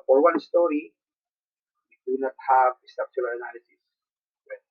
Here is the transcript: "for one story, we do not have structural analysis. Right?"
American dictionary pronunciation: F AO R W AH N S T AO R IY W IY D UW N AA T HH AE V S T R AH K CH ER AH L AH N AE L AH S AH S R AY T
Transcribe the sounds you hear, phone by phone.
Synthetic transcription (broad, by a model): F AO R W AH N S T AO R IY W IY D UW N AA T HH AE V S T AH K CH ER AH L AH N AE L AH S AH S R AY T